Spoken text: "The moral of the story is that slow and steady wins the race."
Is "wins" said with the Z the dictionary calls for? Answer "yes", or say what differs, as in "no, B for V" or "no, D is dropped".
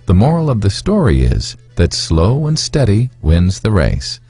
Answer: yes